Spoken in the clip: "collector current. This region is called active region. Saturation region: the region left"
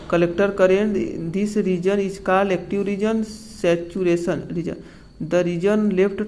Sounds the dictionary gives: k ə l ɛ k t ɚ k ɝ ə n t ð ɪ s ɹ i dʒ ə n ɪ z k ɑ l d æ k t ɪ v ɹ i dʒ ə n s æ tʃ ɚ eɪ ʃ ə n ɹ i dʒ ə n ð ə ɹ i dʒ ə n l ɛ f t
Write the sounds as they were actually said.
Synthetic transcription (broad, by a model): k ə l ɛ k t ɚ k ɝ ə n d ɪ s ɹ i dʒ ə n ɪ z k ɑ l ɛ k t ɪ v ɹ i dʒ ə n s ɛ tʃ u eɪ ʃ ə n ɹ i dʒ ə n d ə ɹ i dʒ ə n l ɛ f t